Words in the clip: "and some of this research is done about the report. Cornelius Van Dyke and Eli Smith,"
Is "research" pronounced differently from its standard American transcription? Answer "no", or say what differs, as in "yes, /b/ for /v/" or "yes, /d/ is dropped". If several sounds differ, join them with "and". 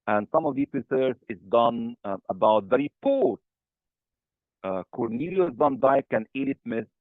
yes, /s/ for /tʃ/